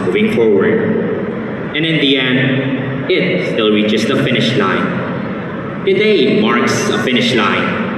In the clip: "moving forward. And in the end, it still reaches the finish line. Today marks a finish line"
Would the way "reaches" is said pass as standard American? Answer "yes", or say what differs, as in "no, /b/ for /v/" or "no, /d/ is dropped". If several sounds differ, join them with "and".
no, /s/ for /z/